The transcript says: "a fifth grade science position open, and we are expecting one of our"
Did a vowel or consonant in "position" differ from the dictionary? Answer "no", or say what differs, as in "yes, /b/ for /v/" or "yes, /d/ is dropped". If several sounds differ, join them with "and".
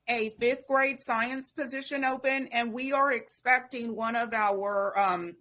no